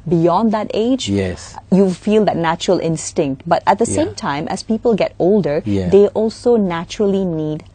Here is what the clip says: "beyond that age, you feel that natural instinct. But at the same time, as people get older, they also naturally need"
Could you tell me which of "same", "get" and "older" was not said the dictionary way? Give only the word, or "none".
none